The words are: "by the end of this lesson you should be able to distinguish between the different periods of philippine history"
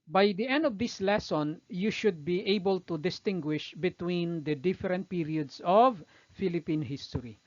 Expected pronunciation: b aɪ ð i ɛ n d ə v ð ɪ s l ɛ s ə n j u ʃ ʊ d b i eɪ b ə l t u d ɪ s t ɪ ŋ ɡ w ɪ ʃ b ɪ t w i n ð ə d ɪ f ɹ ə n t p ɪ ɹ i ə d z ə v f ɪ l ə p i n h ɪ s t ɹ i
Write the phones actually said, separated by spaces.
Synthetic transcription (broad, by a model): b aɪ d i ɛ n d ə v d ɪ s l ɛ s ə n j u ʃ ʊ d b i eɪ b ə l t u d ɪ s t ɪ ŋ ɡ w ɪ ʃ b ɪ t w i n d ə d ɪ f ɹ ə n t p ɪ ɹ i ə d s ə v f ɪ l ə p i n h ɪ s t ɹ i